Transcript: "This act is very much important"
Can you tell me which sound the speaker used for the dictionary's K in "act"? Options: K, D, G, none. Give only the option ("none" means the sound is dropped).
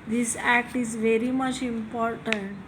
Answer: K